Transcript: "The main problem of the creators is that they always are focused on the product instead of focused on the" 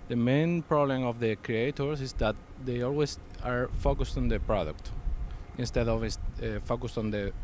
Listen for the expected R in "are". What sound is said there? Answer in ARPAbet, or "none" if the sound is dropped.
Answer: R